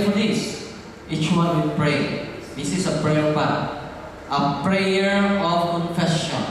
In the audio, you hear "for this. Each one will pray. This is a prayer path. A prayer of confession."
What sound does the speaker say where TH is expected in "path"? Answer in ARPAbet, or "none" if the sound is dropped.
T